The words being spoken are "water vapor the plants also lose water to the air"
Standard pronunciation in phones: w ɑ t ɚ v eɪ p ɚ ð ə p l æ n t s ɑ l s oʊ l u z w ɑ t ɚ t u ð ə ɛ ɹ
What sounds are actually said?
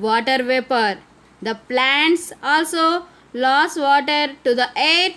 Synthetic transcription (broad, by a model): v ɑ t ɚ v eɪ p ɚ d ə p l æ n t s ɑ l s oʊ l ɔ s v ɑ t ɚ t u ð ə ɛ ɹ